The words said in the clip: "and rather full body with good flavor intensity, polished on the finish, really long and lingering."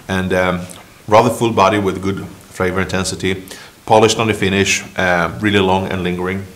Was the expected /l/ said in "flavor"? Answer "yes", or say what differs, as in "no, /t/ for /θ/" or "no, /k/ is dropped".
no, /l/ is dropped